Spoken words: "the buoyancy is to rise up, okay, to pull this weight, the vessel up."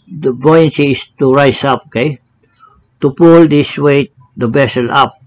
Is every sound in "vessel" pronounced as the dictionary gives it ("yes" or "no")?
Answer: no